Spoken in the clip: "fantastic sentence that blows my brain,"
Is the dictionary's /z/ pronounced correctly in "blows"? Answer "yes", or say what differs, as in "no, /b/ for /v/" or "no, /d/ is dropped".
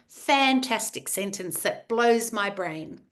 yes